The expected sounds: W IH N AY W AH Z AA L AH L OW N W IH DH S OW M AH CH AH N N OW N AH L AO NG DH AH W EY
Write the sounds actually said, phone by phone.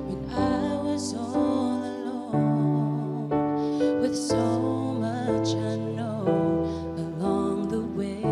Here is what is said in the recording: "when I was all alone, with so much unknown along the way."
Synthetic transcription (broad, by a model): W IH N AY W AH Z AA N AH L OW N W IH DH S OW M AH CH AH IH N OW AH L AO NG DH AH W EY